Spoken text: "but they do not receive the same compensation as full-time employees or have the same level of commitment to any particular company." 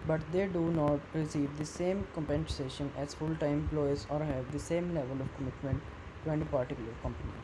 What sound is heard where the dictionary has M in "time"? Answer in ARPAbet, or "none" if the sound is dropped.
none